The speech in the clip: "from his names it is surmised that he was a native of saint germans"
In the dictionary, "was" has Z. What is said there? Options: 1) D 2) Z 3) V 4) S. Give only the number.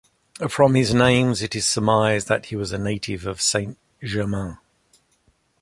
2